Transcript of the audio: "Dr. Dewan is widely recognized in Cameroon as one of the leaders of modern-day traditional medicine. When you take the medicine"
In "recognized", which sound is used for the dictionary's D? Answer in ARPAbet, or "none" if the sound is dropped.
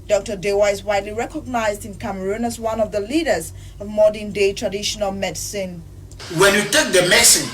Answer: D